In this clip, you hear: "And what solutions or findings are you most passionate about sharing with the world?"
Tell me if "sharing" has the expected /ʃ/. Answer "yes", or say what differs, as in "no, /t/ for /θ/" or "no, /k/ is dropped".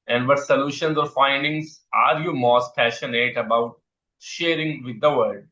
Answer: yes